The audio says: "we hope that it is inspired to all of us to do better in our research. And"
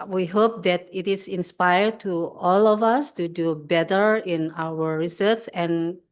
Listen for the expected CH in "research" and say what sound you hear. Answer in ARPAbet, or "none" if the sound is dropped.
S